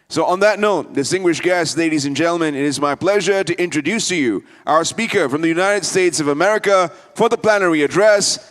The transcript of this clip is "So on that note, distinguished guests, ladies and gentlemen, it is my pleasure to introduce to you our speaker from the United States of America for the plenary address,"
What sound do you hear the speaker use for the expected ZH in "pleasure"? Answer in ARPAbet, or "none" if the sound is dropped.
ZH